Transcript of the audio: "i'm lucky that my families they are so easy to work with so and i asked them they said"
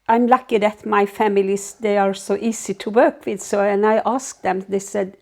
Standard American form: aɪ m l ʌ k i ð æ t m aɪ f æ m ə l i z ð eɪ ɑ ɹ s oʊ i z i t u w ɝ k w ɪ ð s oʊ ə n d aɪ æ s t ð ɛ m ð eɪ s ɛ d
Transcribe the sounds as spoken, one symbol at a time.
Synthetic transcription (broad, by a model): aɪ m l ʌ k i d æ t m aɪ f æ m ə l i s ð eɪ ɑ ɹ s oʊ i s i t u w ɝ k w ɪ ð s oʊ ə n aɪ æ s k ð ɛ m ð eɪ s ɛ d